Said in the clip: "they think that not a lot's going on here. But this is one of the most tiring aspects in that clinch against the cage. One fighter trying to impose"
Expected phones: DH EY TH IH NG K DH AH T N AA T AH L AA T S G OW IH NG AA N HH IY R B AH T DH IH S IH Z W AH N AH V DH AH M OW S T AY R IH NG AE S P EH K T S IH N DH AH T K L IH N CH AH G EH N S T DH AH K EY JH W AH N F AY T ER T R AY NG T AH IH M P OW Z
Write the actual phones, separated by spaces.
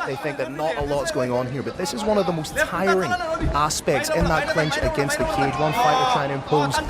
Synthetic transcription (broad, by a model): DH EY TH IH NG K DH AH T N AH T AH L AA T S G OW IH NG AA N HH IY R B AH T DH IH S IH Z W AH N AH V DH AH M OW S T AY R IH NG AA S P EH K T S IH N DH AH T K L IH N CH AH G EH N S T DH AH K EY JH W AH N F AY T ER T AY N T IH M P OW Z